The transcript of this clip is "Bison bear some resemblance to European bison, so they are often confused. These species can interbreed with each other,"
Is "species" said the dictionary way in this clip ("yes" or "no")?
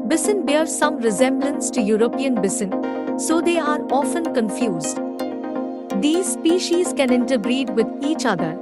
yes